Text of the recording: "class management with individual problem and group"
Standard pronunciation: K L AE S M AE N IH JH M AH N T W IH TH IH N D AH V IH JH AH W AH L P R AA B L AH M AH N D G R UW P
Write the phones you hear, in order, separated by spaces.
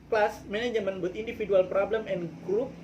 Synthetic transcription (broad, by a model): K L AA S M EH N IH JH M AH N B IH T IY N D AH F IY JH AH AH L P R AA B L AH M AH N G R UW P